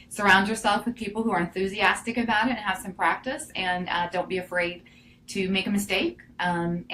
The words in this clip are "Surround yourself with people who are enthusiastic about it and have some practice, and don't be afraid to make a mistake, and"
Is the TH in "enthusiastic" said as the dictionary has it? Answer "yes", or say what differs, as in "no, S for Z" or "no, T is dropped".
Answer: yes